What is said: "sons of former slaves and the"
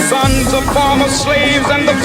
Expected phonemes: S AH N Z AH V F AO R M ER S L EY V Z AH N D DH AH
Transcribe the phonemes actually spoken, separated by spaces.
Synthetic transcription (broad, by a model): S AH N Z AH V F AO R M ER S L EY V Z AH N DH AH